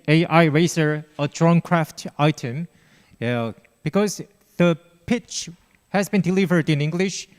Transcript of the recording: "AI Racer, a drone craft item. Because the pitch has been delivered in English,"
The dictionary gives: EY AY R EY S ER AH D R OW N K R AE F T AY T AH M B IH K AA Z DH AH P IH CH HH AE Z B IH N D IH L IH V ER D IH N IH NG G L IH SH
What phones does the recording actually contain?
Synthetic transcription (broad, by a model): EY AY R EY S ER AH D R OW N K R AE F T AY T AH M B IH K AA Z DH AH P IH CH HH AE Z B IH N D IH L IH V ER D IH N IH NG G L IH SH